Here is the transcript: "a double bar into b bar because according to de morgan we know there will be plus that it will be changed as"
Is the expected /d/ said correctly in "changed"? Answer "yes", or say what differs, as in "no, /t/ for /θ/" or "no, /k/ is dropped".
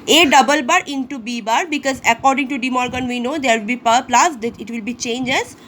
no, /d/ is dropped